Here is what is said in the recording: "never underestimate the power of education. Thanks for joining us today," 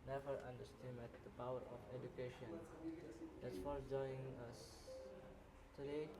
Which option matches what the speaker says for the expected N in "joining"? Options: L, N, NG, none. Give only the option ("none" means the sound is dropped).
none